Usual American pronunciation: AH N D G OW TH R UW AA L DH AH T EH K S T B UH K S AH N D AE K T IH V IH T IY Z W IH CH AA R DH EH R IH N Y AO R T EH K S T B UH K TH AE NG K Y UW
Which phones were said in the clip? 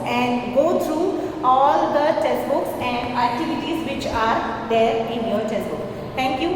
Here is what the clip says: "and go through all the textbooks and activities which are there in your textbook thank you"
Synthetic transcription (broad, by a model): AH N D G OW T R UW AA L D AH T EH S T B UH K S AH N D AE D T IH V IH T IY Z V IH CH AA R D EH R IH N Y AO L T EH S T B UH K T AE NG K Y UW